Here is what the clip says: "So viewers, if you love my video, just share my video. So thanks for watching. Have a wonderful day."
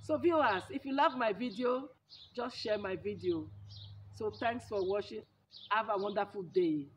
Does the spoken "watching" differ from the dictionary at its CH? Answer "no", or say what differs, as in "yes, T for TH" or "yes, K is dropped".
yes, SH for CH